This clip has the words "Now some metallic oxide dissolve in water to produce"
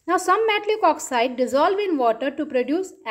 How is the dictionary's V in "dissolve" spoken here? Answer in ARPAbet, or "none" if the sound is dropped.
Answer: V